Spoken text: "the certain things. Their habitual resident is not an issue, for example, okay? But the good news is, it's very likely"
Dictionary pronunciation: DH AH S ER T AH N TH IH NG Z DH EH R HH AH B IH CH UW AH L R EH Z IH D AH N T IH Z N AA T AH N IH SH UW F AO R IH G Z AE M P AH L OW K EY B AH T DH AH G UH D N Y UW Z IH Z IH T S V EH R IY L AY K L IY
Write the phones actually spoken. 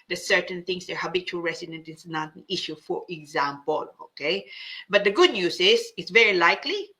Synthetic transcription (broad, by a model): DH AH S ER T AH N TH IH NG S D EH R HH AH B IH CH UW AH L R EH S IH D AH N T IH S N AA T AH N IH SH UW F AO R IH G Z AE M P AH L OW K EY B AH T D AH G UH D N Y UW S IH S IH T S V EH R IY L AY K L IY